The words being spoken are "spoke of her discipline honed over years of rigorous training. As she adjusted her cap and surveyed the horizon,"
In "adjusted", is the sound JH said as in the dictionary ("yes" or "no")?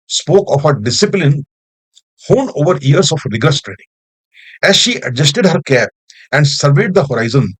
yes